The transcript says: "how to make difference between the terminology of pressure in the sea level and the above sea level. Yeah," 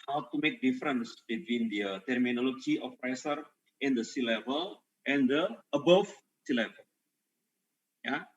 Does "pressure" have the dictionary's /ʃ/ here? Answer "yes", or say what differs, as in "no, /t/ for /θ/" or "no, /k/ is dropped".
no, /s/ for /ʃ/